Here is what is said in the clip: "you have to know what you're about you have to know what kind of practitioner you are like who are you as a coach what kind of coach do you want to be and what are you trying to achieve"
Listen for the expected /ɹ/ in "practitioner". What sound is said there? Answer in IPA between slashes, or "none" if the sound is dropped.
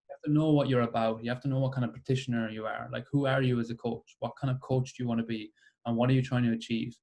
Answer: none